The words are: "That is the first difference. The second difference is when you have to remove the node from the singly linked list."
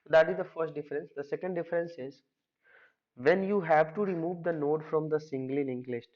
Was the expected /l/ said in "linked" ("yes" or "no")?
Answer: no